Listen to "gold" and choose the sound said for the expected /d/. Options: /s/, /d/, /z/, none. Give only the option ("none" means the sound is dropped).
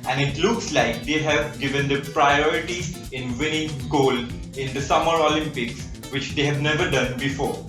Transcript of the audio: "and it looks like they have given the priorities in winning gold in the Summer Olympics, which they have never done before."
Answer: none